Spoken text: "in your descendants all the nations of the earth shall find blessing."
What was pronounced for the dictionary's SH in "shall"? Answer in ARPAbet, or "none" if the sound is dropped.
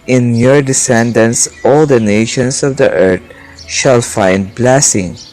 SH